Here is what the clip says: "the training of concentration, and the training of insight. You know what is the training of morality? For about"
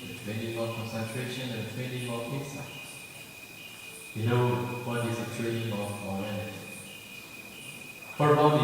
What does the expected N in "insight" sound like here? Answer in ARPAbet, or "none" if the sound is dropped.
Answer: none